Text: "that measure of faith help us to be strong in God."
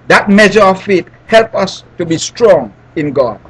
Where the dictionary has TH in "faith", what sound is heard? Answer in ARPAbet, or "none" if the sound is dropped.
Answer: T